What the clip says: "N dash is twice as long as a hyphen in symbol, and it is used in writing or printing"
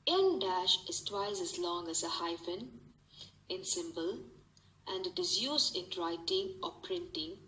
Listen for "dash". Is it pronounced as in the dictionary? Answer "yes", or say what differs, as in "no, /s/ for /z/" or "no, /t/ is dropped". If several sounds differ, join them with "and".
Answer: yes